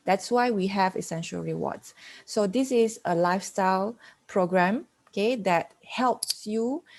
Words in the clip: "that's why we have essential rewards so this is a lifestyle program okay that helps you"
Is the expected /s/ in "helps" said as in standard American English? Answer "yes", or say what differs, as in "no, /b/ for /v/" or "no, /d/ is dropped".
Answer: yes